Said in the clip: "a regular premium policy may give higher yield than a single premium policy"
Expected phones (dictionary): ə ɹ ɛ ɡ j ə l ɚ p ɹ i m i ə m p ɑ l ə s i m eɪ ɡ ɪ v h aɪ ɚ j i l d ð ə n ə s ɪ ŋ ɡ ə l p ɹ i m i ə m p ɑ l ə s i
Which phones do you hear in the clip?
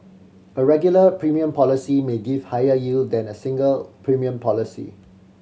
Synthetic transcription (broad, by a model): ə ɹ ɛ ɡ j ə l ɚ p ɹ i m i ə m p ɑ l ə s i m eɪ ɡ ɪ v h aɪ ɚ j i l d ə n ə s ɪ ŋ ɡ ə l p ɹ i m i ə m p ɑ l ə s i